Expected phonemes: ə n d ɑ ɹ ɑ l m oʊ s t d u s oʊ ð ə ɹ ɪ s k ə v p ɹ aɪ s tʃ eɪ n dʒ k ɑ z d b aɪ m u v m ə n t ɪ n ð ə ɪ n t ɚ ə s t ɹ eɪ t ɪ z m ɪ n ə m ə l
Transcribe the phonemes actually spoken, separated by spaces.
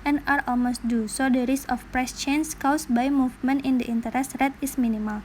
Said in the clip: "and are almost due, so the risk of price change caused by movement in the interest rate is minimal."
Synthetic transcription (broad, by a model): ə n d ɑ ɹ ɑ l m oʊ s t d u s oʊ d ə ɹ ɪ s ə f p ɹ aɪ s tʃ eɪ n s k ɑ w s b aɪ m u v m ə n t ɪ n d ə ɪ n t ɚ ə s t ɹ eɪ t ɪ s m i n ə m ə l